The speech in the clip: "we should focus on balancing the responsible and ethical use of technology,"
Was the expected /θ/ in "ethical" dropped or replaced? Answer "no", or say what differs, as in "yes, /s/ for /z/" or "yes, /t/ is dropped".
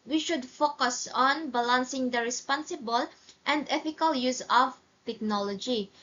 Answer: yes, /f/ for /θ/